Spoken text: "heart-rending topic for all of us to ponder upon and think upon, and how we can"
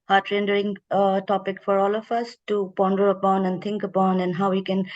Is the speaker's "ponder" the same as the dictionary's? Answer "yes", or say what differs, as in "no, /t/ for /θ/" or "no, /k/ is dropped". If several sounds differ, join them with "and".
yes